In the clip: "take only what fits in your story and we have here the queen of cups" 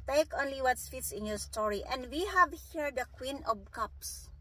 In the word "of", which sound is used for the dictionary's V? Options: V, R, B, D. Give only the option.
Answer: B